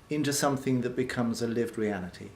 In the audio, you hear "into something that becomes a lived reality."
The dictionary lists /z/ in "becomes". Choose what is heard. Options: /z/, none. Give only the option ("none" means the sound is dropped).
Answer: /z/